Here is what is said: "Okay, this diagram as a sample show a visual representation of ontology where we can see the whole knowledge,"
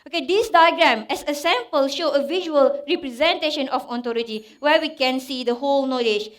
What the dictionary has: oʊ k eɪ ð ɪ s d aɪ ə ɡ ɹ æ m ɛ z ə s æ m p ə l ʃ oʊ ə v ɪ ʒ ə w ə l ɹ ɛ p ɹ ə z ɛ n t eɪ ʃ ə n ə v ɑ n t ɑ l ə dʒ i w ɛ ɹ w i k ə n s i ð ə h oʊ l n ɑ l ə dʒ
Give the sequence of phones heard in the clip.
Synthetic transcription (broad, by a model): oʊ k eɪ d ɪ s d aɪ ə ɡ ɹ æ m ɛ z ə s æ m p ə l ʃ oʊ ə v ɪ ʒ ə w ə l ɹ ɛ p ɹ ə z ɛ n t eɪ ʃ ə n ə f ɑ t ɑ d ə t i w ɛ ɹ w i k ə n s i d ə h oʊ l n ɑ l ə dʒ